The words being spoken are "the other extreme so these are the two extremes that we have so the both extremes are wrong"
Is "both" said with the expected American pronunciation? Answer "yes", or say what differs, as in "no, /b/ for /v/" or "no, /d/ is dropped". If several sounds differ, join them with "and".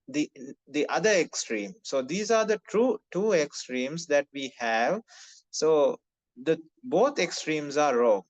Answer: no, /t/ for /θ/